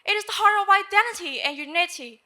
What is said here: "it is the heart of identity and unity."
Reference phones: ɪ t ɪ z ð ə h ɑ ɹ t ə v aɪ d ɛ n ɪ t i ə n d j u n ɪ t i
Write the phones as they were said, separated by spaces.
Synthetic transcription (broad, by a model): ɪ t ɪ z ð ə h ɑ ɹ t ə v aɪ d ɛ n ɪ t i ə n j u n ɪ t i